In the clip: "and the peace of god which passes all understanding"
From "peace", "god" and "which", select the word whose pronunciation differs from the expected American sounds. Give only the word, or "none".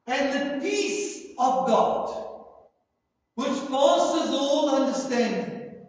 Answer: none